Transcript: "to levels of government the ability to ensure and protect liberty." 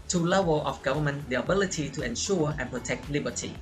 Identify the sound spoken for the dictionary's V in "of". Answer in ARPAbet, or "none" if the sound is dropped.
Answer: F